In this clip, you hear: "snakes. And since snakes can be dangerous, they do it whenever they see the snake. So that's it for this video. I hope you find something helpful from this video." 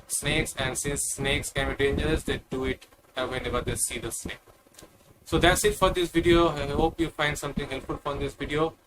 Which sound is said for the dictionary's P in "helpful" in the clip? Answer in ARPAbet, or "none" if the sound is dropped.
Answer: none